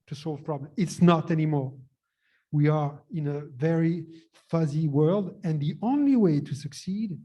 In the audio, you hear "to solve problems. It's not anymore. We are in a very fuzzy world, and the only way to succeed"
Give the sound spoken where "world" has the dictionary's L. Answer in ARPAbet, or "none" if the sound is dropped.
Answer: L